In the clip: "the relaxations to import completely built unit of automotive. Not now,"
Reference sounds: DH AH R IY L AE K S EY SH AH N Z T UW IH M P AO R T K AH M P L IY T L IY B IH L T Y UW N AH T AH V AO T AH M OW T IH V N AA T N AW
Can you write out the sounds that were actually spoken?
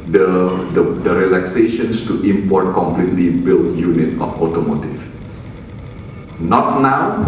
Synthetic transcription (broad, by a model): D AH R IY L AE K S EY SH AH N S T UW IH M P AO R T K AH M P L IY T L IY B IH L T Y UW N AH T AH F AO T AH M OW T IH F N AA T N AW